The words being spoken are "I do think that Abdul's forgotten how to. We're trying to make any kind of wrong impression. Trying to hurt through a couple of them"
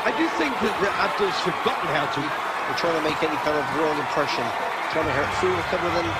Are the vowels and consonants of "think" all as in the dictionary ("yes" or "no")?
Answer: yes